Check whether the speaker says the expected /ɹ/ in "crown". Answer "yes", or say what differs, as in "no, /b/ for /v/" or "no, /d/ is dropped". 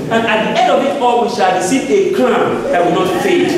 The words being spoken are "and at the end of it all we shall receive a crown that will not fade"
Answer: no, /l/ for /ɹ/